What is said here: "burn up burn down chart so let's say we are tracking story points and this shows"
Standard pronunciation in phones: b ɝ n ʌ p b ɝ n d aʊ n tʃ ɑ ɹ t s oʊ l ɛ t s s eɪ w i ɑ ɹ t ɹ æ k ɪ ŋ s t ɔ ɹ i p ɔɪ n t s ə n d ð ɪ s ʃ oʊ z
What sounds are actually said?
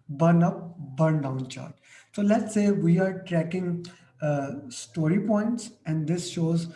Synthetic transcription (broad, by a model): b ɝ n ʌ p b ɝ n d aʊ n tʃ ɑ ɹ t s oʊ l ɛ t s s eɪ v i ɑ ɹ t ɹ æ k ɪ ŋ s t ɔ ɹ i p ɔɪ n t s ə n d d ɪ s ʃ oʊ z